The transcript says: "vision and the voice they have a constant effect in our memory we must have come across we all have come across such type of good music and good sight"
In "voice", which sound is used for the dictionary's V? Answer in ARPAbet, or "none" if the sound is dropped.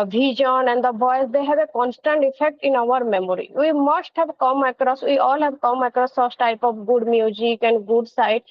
B